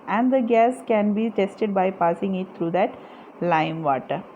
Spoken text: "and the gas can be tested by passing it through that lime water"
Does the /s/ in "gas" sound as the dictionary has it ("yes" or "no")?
yes